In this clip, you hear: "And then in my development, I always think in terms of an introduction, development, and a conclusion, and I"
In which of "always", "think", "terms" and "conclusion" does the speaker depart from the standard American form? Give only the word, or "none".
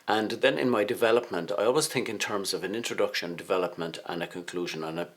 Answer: none